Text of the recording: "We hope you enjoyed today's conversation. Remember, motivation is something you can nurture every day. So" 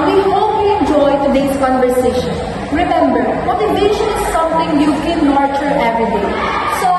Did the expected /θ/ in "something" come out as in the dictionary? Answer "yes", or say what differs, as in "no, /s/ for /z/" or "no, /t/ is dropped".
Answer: no, /t/ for /θ/